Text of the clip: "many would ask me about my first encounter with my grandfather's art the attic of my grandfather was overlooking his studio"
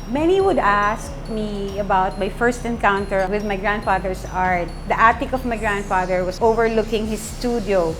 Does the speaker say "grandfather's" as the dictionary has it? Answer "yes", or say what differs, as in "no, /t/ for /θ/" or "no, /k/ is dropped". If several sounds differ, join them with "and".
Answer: no, /s/ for /z/